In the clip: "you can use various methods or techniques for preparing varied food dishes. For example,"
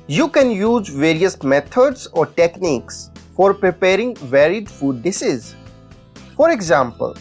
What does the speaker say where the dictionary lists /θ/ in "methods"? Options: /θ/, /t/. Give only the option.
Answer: /t/